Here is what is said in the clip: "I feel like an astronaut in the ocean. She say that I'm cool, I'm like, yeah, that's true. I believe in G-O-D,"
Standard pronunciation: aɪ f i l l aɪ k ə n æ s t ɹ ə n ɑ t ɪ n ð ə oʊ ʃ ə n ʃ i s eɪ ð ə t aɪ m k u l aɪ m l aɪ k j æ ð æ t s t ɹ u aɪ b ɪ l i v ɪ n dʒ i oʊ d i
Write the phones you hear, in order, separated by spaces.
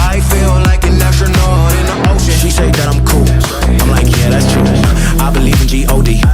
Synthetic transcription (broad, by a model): aɪ f i l l aɪ k ə n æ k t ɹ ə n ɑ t ɪ n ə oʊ ə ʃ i s eɪ ð ə t aɪ m k u l aɪ m l aɪ k j æ ð æ t s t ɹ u aɪ b ɪ l i v ɪ n dʒ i oʊ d i